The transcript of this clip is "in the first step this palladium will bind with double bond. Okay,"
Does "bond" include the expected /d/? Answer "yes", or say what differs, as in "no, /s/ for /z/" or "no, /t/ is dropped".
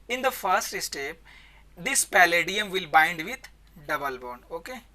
no, /d/ is dropped